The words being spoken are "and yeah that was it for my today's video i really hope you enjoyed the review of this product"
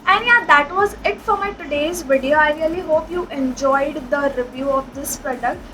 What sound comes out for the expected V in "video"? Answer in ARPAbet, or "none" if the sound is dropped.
V